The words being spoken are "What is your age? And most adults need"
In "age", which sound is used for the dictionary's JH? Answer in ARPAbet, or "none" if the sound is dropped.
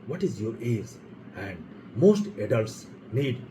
Z